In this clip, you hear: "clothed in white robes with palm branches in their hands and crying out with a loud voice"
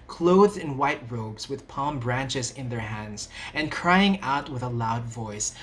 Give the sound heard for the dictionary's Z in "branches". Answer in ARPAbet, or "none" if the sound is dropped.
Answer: Z